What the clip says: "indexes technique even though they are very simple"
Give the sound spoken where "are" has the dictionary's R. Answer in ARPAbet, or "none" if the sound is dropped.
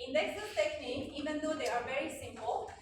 R